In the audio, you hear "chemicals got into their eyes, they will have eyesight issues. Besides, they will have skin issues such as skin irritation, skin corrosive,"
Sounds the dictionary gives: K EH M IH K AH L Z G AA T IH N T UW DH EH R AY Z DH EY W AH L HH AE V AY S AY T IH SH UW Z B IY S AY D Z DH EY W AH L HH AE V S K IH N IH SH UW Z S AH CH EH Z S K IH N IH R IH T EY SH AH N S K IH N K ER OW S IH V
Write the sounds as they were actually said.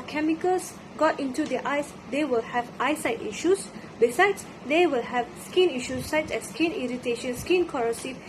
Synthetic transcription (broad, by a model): K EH M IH K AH L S G AA T IH N T UW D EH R AY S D EY W AH L HH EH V AY S AY T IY SH UW S B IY S AY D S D EY W AH L HH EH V S K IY N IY SH UW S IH S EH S S K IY N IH R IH T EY SH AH N S K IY N K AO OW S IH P